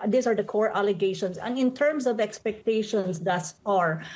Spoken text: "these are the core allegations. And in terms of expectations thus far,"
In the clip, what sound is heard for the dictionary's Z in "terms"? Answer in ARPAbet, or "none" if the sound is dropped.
S